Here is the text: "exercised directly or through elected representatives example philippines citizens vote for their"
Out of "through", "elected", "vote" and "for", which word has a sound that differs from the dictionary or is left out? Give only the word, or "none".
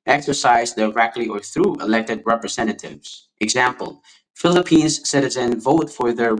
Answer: none